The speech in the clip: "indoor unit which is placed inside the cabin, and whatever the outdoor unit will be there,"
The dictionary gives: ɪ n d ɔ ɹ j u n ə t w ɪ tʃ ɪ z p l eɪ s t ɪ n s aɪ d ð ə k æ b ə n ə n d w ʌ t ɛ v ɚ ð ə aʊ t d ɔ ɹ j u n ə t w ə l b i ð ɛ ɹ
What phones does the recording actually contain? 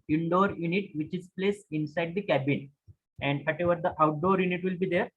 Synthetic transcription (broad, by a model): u n d ɔ ɹ j u n ə t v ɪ tʃ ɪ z p l eɪ s ɪ n s aɪ d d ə k æ b ə n ə n d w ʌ t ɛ v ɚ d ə aʊ t d ɔ ɹ j u n ə t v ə l b i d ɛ ɹ